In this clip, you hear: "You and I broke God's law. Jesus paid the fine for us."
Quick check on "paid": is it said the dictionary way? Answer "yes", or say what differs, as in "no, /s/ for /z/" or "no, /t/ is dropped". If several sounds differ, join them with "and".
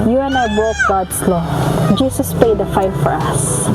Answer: yes